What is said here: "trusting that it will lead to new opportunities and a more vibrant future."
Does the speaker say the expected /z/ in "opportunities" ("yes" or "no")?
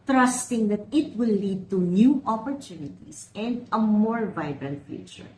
no